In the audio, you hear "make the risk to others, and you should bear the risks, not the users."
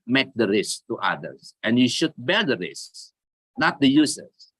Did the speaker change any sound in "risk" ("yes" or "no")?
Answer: no